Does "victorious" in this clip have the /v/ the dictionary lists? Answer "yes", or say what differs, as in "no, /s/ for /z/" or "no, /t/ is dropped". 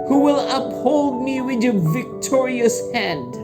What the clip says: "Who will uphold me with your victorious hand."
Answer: yes